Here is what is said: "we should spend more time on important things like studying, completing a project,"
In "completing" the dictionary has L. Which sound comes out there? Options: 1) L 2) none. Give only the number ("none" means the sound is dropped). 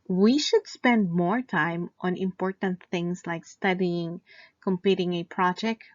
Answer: 2